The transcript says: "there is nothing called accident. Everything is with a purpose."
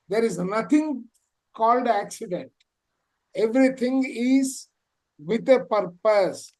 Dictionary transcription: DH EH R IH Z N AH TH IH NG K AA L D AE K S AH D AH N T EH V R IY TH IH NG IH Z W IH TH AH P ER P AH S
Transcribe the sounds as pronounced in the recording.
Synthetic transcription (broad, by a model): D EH R IH Z N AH T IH NG K AA L D AE K S AH D AH N T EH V R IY T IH NG IH Z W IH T AH P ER P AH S